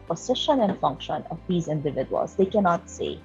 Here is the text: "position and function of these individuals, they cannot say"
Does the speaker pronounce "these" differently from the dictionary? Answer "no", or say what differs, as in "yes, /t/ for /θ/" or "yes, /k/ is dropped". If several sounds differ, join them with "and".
no